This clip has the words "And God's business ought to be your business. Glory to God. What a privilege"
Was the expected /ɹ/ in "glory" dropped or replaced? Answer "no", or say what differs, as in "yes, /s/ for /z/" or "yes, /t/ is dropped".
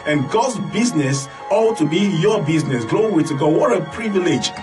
yes, /w/ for /ɹ/